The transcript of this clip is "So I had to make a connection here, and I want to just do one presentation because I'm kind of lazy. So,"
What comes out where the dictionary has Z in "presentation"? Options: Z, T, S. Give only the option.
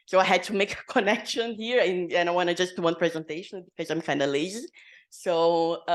Z